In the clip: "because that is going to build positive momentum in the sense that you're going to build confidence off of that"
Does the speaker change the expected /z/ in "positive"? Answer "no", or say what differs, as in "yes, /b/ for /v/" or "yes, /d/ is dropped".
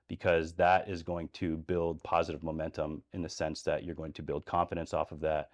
no